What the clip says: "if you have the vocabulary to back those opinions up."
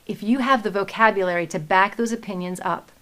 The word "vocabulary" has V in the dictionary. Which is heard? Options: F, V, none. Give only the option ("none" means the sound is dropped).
V